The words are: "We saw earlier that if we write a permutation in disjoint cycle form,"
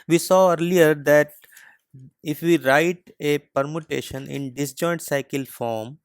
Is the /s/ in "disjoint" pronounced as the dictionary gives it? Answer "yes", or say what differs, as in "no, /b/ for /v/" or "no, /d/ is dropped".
yes